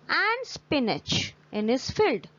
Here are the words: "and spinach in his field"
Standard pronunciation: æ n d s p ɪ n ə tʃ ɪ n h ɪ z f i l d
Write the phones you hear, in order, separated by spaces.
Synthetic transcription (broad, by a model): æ n d s p ɪ n ə tʃ ɪ n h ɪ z f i l d